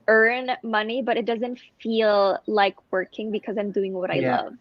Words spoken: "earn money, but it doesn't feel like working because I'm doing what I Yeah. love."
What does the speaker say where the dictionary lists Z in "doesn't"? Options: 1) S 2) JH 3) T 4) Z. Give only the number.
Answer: 4